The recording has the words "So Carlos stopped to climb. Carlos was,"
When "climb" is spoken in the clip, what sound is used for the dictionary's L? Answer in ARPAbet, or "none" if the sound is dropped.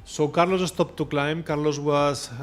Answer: L